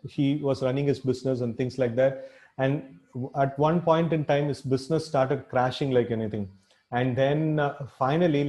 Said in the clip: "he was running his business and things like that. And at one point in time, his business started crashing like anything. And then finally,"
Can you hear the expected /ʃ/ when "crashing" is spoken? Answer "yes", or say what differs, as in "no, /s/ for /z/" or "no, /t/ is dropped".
yes